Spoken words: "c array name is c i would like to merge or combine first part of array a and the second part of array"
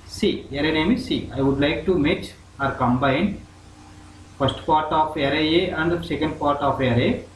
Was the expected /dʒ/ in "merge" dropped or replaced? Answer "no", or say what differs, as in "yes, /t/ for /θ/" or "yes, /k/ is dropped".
yes, /tʃ/ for /dʒ/